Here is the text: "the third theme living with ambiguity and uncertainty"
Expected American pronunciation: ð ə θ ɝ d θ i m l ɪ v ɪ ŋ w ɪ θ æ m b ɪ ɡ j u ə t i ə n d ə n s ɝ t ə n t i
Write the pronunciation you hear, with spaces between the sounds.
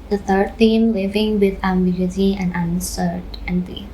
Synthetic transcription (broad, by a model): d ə t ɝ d t i m w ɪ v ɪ ŋ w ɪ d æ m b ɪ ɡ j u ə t i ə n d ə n s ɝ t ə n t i